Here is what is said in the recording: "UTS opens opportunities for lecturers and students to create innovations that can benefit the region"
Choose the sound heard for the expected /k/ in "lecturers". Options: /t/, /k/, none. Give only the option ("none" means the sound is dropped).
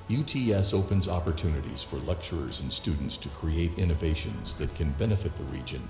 /k/